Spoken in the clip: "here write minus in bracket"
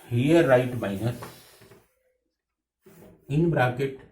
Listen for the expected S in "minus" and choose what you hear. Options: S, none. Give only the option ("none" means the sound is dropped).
none